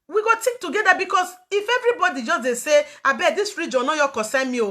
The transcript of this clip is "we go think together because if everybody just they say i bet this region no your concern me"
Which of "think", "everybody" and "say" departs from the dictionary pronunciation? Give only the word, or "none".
think